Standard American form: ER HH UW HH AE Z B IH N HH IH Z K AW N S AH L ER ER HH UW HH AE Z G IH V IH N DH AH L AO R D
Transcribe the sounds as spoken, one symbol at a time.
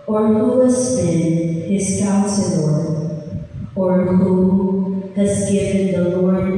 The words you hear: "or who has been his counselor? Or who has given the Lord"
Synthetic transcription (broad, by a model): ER HH UW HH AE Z B IH N HH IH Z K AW S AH N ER ER HH UW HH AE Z G IH V IH N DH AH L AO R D